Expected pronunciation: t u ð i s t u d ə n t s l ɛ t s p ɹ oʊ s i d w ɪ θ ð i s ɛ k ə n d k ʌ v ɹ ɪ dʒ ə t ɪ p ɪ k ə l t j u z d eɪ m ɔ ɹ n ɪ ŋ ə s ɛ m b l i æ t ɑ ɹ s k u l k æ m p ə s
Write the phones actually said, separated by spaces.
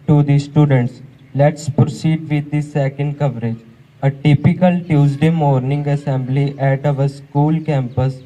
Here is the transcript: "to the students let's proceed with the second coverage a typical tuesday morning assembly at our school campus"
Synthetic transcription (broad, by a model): t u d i s t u d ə n t s l ɛ t s p ɹ oʊ s i d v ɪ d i s ɛ k ə n d k ʌ v ɹ ɪ dʒ ə t ɪ p ɪ k ə l t j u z d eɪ m ɔ ɹ n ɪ ŋ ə s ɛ m b l i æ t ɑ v s k u l k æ m p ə s